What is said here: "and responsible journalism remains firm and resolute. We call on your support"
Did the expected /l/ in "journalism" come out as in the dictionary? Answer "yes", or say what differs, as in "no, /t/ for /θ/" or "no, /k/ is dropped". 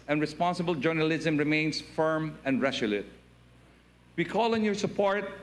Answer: yes